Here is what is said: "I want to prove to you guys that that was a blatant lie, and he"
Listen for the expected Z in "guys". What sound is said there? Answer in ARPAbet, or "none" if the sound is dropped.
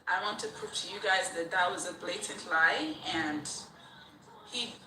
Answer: Z